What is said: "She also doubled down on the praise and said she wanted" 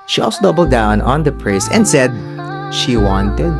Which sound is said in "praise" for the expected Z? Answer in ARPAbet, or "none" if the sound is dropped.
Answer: S